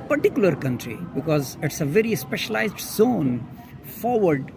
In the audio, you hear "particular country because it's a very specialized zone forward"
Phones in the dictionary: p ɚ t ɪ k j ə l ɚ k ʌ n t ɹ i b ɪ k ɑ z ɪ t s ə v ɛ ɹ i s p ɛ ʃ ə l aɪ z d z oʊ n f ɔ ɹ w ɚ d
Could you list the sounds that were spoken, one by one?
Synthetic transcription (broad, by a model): p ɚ t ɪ k j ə l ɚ k ʌ n t ɹ i b ɪ k ɑ z ɪ t s ə v ɛ ɹ i s p ɛ ʃ ə l aɪ z d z oʊ n f ɔ ɹ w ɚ d